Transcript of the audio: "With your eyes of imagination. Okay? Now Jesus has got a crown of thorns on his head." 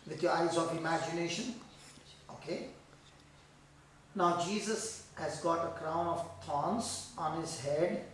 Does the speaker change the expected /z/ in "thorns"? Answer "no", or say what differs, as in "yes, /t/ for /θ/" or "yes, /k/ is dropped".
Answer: yes, /s/ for /z/